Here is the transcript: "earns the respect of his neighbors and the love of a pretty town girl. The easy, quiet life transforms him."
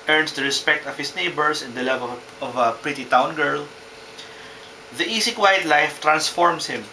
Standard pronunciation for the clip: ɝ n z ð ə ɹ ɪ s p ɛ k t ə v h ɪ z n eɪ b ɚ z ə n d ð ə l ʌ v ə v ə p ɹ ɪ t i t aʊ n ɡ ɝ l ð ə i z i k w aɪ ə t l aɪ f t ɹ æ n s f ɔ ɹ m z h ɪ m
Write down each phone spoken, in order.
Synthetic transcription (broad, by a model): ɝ n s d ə ɹ ɪ s p ɛ k t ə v h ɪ s n eɪ b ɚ s ə n d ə l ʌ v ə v ə p ɹ ɪ t i t aʊ n ɡ ɝ l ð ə i s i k w aɪ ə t l aɪ f t ɹ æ n s f ɔ ɹ m s h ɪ m